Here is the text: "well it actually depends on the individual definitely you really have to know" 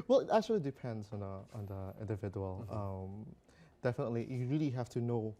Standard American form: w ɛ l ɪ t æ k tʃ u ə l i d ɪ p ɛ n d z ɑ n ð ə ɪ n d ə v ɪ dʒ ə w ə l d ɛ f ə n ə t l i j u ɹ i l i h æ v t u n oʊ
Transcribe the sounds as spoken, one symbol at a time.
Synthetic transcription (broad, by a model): w ɛ l ɪ t æ k tʃ u ə l i d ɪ p ɛ n d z ɑ n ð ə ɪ n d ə v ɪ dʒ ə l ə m d ɛ f ə n ə t l i j u ɹ i l i h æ f t u n oʊ